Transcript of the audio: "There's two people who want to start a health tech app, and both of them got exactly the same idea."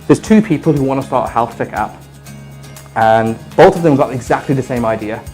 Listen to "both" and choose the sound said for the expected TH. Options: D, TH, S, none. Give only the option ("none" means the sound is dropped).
TH